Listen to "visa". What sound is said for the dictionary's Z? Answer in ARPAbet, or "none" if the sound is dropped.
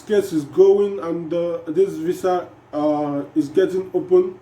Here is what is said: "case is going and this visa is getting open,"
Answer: S